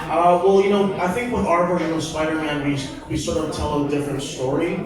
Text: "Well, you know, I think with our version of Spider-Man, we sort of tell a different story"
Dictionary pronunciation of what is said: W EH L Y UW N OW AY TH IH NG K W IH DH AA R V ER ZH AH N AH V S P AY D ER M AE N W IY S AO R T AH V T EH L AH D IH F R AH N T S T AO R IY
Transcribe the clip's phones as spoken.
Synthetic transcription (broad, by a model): W EH L Y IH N OW AY TH IH NG K W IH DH AA R B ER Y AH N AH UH S P AY D ER M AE N W IY S AO R T AH V T EH L AH D IH F R AH N T S T AO R IY